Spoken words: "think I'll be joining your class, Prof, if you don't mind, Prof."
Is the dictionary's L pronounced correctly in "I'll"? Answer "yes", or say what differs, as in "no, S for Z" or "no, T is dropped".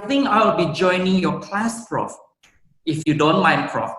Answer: no, W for L